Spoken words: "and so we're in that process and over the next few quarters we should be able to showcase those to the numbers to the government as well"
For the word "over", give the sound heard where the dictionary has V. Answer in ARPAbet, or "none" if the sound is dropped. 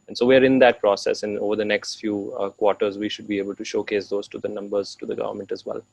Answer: V